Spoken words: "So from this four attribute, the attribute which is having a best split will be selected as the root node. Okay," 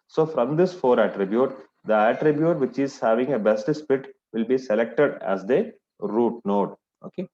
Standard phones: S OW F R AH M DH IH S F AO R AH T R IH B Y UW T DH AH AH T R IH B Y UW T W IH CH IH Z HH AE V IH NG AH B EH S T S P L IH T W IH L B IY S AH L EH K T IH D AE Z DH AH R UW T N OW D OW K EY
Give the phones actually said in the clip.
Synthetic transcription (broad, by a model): S OW F R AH M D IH S F AO R AH T R IH B Y UW T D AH AH T R IH B Y UW T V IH CH IH Z HH AE V IH NG AH B EH S T S P IH T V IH L B IY S AH L EH K T IH D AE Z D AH R UW T N OW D OW K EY